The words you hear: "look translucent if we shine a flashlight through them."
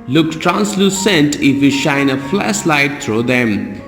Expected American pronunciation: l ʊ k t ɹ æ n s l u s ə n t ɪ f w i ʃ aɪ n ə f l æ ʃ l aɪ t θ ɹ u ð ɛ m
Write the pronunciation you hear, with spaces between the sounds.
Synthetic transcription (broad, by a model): l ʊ k t ɹ æ n s l u s ə n t ɪ f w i ʃ aɪ n ə f l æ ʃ l aɪ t t ɹ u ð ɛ m